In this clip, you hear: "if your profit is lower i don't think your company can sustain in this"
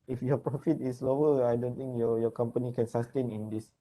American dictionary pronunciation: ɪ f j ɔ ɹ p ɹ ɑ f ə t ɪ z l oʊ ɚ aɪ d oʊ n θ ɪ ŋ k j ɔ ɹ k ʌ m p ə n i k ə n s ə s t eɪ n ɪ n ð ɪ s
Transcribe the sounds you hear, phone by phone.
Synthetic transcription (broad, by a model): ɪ f j ɔ p ɹ ɑ f ə t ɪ s l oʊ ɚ aɪ d oʊ n t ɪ ŋ k j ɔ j k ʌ m p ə n i k ə n s ə s t eɪ n ɪ n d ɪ s